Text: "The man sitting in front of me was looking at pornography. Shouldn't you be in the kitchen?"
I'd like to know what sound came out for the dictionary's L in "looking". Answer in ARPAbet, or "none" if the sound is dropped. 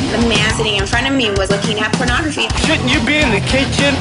L